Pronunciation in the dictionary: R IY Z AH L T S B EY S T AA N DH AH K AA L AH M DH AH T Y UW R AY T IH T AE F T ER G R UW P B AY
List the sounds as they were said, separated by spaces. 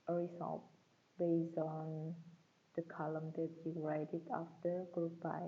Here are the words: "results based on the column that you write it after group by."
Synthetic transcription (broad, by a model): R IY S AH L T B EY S AA N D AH K AA L AH M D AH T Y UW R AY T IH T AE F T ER G R UW P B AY